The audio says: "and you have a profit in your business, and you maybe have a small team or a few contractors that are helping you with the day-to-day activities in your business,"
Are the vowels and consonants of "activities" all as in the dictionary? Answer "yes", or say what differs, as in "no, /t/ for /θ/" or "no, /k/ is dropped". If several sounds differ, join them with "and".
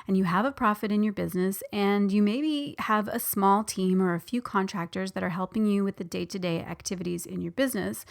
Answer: yes